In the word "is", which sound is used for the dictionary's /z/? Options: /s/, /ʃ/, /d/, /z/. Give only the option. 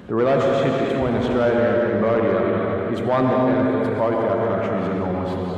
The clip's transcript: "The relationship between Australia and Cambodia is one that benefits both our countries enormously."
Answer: /z/